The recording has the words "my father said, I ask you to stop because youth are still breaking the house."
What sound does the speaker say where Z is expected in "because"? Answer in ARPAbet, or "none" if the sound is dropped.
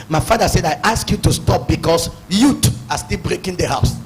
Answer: S